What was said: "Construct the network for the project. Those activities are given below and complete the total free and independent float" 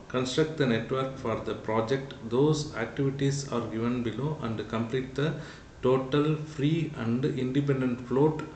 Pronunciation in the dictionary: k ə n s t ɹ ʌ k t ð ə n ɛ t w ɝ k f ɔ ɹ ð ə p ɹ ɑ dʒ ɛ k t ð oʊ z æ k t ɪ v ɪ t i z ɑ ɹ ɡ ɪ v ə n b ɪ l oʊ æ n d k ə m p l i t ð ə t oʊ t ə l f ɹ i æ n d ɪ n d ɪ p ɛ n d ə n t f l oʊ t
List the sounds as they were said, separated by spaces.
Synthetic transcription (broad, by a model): k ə n s t ɹ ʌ k t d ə n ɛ t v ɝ k f ɔ ɹ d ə p ɹ ɑ dʒ ɛ k t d oʊ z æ k t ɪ v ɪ t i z ɑ ɹ ɡ ɪ v ə n b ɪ l oʊ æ n d k ə m p l i t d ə t oʊ t ə l f ɹ i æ n d ɪ n d ɪ p ɛ n d ə n t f l oʊ t